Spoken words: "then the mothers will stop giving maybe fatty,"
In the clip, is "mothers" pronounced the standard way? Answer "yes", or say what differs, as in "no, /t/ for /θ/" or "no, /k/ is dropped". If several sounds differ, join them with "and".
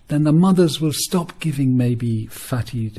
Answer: yes